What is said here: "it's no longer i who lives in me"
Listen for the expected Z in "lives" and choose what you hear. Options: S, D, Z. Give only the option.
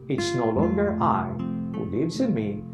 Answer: Z